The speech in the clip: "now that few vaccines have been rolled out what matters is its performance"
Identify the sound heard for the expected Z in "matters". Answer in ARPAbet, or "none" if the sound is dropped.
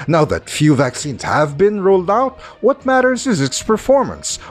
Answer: Z